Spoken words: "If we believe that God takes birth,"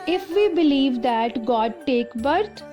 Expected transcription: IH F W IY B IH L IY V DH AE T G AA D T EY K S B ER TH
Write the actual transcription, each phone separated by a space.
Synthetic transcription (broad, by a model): IH F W IY B IH L IY V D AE T G AA D T EY K B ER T